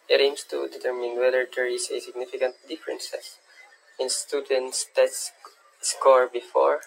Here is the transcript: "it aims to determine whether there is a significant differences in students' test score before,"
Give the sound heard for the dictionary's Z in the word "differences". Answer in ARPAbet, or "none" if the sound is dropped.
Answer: S